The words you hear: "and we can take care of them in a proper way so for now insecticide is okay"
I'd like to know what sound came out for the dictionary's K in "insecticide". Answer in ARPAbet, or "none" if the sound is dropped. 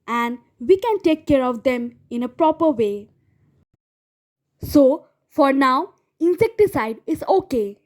K